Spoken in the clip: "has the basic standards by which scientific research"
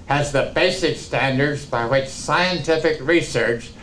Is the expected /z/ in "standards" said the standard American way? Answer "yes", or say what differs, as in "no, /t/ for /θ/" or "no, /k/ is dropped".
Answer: yes